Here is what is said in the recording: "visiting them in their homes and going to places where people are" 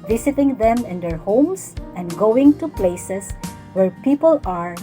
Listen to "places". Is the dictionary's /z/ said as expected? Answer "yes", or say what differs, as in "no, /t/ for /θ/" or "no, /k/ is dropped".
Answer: no, /s/ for /z/